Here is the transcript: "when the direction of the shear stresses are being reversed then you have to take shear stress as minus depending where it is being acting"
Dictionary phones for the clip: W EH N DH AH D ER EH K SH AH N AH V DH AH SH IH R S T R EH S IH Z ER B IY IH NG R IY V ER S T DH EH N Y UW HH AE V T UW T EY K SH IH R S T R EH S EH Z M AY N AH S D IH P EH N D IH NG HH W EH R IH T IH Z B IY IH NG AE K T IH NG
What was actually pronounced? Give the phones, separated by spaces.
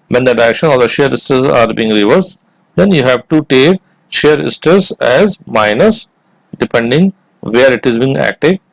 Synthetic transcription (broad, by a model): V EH N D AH D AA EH K SH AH N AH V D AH SH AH R S T AH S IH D B IY IH NG R IY V ER S T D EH N Y UW HH AE V T UW T EY K SH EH R S T AH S EH Z M AY N AH S D IH P EH N D IH NG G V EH R IH T IH Z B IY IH NG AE K T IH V